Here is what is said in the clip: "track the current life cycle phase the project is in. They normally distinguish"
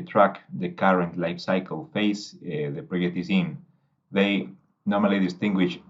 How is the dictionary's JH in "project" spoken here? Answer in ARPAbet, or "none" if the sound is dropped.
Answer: none